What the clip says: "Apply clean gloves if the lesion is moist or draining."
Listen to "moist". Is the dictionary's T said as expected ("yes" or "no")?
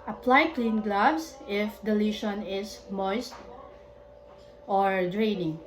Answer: yes